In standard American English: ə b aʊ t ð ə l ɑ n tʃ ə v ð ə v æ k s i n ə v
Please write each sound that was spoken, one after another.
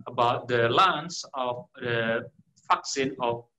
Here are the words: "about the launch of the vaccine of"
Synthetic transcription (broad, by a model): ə b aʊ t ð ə l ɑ n s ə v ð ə f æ k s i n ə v